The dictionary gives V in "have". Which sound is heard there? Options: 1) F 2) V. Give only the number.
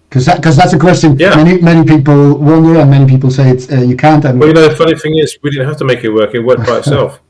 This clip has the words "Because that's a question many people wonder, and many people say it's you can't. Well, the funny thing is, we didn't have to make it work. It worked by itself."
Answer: 1